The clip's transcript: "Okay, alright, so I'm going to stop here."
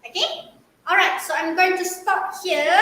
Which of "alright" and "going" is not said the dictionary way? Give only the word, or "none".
none